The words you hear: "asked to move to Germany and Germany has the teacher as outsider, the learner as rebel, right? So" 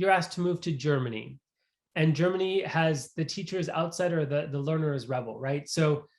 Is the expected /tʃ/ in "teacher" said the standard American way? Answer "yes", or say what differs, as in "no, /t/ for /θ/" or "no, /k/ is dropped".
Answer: yes